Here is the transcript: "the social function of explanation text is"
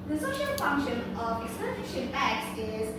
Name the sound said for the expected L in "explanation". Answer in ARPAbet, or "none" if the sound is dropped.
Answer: none